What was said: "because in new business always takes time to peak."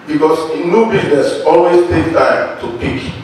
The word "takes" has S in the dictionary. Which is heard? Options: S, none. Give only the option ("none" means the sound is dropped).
none